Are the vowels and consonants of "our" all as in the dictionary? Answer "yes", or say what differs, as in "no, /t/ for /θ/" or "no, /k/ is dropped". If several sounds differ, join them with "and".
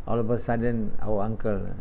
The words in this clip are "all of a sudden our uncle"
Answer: no, /w/ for /ɹ/